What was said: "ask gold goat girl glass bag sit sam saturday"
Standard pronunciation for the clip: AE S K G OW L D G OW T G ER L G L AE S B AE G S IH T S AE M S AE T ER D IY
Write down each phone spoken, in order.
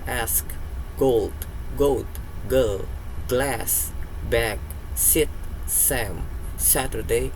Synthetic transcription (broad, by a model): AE S K G OW L D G OW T G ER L G L AE S B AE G S IH T S AE M S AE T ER D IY